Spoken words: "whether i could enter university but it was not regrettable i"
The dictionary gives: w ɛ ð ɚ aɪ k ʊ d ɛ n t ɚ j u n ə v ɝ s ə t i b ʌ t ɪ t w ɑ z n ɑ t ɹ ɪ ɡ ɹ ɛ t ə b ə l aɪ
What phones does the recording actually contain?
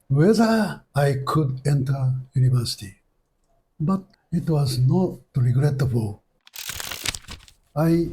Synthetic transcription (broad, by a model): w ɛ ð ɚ aɪ k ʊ d ɛ n t ɚ j u n ə v ɝ s ə t i b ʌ t ɪ t w ɑ z n ɑ t ɹ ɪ ɡ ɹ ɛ t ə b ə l aɪ